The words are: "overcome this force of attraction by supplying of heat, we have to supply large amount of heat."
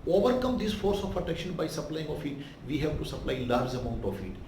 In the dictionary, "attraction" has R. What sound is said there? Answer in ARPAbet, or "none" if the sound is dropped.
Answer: none